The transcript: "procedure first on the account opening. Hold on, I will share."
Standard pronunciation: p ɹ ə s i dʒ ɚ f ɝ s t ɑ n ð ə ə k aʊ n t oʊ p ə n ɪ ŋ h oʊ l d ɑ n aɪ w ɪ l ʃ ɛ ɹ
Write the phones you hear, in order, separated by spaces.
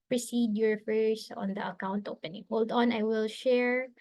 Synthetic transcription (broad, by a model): p ɹ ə s i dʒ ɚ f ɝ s ɑ n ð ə ə k aʊ n t oʊ p ə n ɪ ŋ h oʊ l d ɑ n aɪ w ɪ l ʃ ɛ ɹ